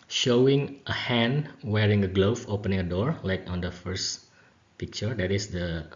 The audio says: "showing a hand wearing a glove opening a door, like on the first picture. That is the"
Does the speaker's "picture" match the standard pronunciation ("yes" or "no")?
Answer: yes